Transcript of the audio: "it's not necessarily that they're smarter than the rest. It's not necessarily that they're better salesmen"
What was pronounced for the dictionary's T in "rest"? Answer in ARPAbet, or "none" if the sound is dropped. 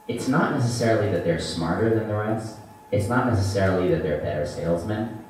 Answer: none